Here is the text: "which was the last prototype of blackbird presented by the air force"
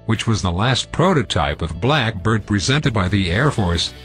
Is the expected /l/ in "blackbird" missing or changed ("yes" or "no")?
no